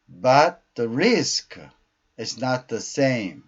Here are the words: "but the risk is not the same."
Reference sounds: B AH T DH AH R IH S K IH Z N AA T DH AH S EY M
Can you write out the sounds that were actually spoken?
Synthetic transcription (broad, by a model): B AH T DH AH R IH S K IH Z N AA T DH AH S EY M